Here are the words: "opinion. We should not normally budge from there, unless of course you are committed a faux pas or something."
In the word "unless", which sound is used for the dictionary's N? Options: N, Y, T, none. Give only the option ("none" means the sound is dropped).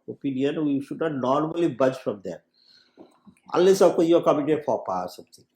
none